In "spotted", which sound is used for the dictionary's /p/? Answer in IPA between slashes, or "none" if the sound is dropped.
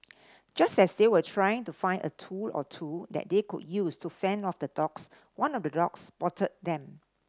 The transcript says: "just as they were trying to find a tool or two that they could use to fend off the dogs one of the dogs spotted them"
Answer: /b/